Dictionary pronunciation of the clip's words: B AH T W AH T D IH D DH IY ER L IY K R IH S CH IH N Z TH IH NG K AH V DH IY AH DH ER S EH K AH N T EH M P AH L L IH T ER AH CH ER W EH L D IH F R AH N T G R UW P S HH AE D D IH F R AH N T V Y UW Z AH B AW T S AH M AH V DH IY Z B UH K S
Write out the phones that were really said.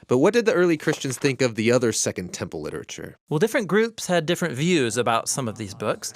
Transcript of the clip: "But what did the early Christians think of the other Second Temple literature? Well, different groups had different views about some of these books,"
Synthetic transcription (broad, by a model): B AH T W AH T D IH D DH IY ER L IY K R IH S CH IH N Z TH IH NG K AH V DH IY AH DH ER S EH K AH N T EH M P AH L L IH T ER AH CH ER W EH L D IH F R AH N G R UW P S HH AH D D IH F R AH N T V Y UW Z AH B AW T S AH M AH V DH IY Z B UH K S